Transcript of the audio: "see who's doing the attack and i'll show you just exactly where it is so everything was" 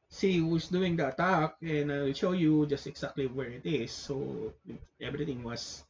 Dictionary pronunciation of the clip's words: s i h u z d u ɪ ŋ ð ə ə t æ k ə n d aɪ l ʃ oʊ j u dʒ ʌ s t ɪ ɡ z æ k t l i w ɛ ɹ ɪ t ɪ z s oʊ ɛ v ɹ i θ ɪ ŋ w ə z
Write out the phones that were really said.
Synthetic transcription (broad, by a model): s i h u s d u ɪ ŋ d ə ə t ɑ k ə n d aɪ l ʃ oʊ j u dʒ ʌ s t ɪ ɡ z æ k t l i w ɛ ɹ ɪ t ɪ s oʊ ɛ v ɹ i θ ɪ ŋ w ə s